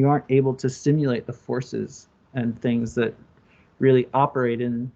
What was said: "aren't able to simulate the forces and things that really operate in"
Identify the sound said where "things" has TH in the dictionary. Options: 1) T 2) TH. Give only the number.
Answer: 2